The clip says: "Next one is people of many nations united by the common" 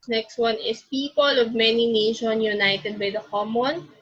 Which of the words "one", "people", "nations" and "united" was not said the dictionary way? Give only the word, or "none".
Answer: nations